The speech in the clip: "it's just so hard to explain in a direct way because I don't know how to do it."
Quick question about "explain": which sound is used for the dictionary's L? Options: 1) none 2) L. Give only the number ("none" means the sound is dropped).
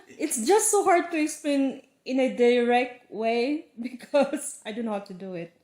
1